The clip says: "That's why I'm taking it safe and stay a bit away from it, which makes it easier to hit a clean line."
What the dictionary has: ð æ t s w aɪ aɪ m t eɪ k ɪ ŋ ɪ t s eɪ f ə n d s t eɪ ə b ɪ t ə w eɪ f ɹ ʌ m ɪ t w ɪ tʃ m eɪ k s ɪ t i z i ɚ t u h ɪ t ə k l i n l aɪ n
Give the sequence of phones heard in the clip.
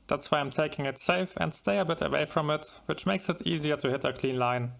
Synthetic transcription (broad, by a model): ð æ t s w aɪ aɪ m t eɪ k ɪ ŋ ɪ t s eɪ f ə n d s t eɪ ə b ɪ t ə w eɪ f ɹ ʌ m ɪ t w ɪ tʃ m eɪ k s ɪ t i z i ɚ t u h ɪ t ə k l i n l aɪ n